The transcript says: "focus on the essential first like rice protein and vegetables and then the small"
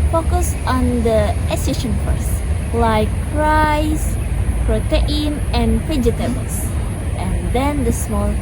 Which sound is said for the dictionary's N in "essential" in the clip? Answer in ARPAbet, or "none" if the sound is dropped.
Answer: none